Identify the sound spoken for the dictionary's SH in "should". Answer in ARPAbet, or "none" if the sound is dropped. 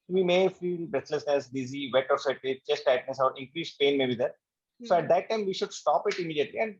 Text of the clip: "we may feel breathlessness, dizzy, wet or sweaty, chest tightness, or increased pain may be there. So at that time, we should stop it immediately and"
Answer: SH